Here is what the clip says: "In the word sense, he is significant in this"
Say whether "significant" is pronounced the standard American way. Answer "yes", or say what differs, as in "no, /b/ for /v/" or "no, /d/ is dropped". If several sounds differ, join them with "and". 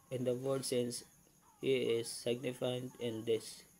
no, /k/ is dropped